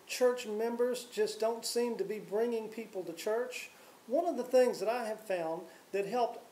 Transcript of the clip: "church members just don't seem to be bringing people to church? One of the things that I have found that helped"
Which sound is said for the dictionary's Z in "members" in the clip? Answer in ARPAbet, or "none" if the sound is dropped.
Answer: Z